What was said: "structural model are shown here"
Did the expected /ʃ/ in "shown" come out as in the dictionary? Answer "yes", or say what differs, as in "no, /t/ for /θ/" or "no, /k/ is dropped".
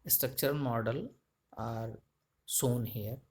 no, /s/ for /ʃ/